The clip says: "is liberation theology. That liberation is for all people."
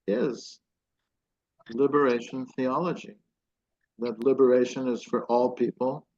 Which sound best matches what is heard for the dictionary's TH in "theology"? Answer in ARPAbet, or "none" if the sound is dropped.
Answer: TH